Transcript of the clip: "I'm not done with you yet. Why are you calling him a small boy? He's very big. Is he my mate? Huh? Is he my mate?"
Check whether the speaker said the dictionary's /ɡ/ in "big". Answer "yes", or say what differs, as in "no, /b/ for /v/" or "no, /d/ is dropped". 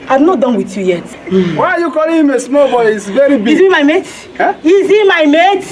no, /ɡ/ is dropped